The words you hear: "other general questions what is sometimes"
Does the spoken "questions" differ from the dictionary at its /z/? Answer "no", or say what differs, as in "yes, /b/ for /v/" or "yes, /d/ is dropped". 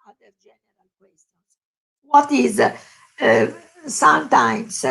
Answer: yes, /s/ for /z/